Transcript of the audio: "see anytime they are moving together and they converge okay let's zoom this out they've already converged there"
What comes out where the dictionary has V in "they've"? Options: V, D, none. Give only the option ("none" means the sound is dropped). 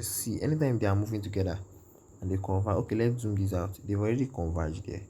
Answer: none